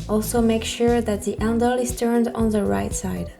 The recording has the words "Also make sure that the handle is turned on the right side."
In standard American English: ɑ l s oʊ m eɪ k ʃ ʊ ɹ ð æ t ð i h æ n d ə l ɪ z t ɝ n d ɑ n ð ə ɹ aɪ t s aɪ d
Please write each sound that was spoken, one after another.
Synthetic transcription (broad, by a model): ɑ l s oʊ m eɪ k ʃ ʊ ɹ ð æ t ð i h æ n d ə l ɪ z t ɝ n d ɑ n ð ə ɹ aɪ t s aɪ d